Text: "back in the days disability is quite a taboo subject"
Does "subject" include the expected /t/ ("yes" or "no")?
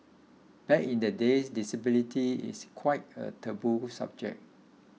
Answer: no